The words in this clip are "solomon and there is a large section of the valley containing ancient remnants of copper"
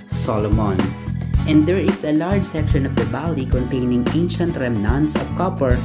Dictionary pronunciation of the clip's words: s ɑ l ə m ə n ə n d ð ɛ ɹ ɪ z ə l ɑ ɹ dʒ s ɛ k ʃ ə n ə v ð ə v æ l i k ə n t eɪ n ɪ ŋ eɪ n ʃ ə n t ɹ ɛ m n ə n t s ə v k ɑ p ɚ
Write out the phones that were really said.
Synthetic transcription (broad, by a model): s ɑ l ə m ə n ə n d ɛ ɹ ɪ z ə l ɑ ɹ dʒ s ɛ k ʃ ə n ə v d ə b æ l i k ə n t eɪ n ɪ ŋ eɪ n ʃ ə n t ɹ ɛ m n ə n t s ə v k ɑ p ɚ